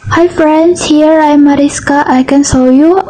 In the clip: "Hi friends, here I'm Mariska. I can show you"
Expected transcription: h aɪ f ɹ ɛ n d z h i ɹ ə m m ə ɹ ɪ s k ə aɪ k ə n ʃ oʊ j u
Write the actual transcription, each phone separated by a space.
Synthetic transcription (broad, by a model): h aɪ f ɹ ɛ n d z h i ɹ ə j m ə ɹ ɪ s k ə aɪ k ə n s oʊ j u